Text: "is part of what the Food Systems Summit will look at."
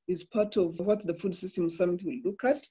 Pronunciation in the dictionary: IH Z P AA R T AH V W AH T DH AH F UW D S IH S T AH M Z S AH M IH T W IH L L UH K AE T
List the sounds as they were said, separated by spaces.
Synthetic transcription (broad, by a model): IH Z P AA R T AH V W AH T DH AH F UW D S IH S T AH M S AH M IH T W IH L L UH K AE T